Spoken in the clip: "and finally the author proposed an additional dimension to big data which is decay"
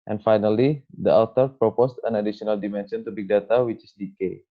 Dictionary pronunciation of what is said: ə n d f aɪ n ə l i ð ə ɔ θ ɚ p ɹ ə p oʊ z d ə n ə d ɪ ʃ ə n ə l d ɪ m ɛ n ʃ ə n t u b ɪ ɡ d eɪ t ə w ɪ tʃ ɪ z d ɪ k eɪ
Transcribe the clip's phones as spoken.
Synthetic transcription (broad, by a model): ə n f aɪ n ə l i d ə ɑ t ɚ p ɹ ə p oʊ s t ə n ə d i s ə n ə l d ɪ m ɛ n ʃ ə n t u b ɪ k d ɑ t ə w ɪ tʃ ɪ s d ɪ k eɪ